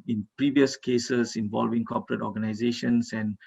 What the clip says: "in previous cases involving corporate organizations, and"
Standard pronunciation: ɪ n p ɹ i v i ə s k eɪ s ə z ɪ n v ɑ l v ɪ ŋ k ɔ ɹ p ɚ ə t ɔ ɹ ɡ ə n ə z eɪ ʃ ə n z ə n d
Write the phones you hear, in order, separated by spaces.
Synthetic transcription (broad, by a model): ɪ n p ɹ i v i ə s k eɪ s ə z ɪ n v ɑ l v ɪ ŋ k ɔ p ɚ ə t ɔ ɡ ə n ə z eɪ ʃ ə n s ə n